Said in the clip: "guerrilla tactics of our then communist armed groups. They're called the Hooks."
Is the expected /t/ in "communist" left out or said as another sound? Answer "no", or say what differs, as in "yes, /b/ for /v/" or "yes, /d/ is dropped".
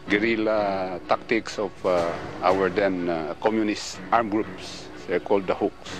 no